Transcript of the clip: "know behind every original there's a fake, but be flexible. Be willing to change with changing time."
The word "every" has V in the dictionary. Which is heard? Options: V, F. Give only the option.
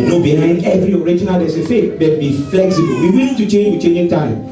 V